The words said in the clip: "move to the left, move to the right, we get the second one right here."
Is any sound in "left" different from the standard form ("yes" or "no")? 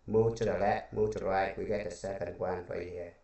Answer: yes